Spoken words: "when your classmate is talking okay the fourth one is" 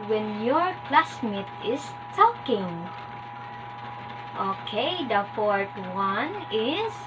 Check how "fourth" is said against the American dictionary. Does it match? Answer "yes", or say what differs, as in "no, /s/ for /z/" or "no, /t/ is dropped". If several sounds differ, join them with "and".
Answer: no, /t/ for /θ/